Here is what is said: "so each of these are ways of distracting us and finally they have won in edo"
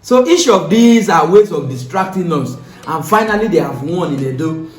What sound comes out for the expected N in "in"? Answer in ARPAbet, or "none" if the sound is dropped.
L